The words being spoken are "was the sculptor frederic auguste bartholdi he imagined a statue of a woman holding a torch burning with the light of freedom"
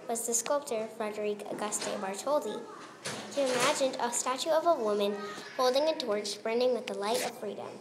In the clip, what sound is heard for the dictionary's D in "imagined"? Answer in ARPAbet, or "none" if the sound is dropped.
D